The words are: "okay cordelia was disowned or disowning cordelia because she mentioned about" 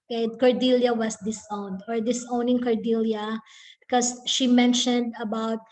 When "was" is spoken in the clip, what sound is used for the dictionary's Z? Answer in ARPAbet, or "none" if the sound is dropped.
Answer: S